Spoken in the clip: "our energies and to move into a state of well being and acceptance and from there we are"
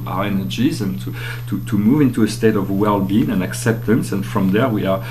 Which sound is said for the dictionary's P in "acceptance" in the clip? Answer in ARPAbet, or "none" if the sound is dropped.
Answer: P